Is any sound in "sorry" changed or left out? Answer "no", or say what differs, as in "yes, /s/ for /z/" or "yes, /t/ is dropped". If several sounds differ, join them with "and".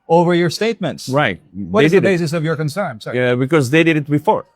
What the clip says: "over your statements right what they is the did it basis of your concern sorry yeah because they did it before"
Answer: yes, /ɹ/ is dropped